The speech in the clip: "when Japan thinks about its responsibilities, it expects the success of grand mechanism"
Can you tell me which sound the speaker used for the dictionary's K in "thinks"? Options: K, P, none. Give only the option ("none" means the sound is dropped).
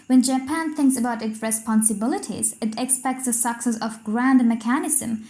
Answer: K